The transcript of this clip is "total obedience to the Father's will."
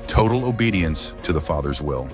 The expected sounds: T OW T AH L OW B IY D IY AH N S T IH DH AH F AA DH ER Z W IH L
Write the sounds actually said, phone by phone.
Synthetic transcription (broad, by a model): T OW T L OW B IY D IY AH N S T IH DH AH F AA DH ER Z W IH L